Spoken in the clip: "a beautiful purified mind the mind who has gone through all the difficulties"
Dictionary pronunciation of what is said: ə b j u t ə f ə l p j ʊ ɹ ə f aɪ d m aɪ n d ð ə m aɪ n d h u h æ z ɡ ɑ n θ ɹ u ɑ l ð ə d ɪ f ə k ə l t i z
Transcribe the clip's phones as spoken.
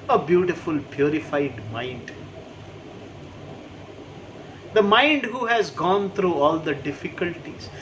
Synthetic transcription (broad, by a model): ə b j u t ə f ə l p j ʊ ɹ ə f aɪ d m aɪ n d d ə m aɪ n d h u h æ z ɡ ɑ n t ɹ u ɑ l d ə d ɪ f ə k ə l t i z